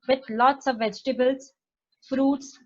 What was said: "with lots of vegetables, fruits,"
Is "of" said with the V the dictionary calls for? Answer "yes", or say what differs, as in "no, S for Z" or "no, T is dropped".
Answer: yes